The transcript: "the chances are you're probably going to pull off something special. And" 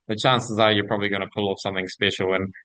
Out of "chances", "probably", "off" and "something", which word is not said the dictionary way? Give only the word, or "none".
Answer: none